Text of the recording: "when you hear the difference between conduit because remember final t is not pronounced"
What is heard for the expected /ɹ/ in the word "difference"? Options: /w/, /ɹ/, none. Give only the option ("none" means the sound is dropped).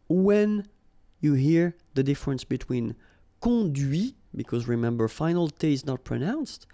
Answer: /ɹ/